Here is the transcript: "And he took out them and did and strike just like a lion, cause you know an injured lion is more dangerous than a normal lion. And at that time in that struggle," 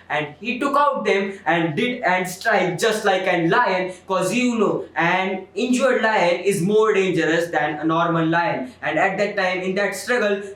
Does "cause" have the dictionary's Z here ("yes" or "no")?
yes